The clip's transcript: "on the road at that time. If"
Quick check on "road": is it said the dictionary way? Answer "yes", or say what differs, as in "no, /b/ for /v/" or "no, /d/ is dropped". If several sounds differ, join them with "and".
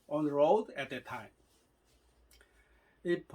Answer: yes